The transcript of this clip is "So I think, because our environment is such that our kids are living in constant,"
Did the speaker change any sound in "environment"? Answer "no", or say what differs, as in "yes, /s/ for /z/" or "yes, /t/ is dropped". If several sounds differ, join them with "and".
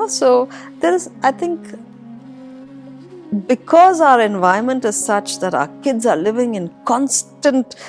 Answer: yes, /ɹ/ is dropped and /n/ is dropped